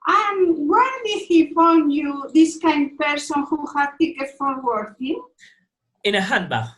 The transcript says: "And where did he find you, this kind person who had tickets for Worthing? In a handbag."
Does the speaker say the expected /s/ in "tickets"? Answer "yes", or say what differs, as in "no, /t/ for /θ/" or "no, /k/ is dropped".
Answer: no, /s/ is dropped